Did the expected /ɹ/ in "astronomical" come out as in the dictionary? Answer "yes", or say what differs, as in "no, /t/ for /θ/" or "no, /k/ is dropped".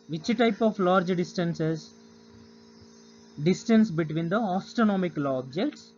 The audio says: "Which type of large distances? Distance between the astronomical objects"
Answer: no, /ɹ/ is dropped